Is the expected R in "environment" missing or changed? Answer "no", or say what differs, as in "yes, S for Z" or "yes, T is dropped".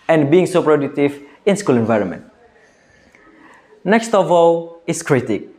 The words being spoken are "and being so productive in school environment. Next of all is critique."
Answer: no